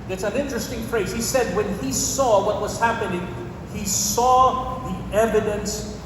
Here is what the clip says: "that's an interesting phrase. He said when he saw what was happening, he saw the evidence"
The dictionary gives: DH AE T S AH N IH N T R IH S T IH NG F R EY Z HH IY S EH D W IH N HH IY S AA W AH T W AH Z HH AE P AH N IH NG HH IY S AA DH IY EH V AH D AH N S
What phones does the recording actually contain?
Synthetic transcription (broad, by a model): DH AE T S AH N IH N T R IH S T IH NG F R EY Z HH IY S EH D W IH N IY S AA W AH T W AH Z HH AE P AH N IH NG HH IY S AA DH IY EH V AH D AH N S